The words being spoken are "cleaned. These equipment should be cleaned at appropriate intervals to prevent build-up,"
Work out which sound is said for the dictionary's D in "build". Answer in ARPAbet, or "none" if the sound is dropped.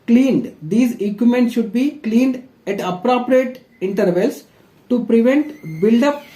D